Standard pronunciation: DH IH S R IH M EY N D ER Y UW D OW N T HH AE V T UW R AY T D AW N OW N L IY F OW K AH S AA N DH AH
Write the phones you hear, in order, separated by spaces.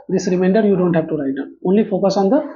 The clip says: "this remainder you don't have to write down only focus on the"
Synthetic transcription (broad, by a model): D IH S R IH M EY N D ER Y UW D OW N T HH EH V T UW R AY T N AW OW N L IY F OW K AH S AA N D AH